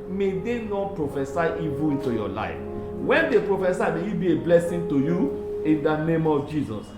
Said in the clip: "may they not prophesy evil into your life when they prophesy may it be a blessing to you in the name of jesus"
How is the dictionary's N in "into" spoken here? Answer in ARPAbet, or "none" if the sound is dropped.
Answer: N